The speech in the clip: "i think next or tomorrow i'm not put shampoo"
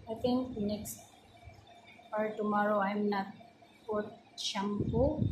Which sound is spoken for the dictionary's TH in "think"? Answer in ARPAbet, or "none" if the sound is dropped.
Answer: T